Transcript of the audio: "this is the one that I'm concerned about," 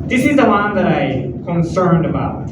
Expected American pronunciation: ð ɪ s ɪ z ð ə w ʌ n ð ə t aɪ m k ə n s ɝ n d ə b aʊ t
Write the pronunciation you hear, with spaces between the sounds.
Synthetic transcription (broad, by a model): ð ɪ s ɪ z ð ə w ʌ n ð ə t aɪ k ə n s ɝ n d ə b aʊ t